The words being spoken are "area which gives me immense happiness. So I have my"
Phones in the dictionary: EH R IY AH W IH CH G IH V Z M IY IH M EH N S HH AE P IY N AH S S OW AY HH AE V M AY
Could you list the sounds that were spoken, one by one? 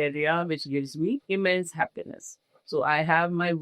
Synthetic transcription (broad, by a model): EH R IY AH W IH CH G IH V Z M IY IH M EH N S HH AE P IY N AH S S OW AY HH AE V M AY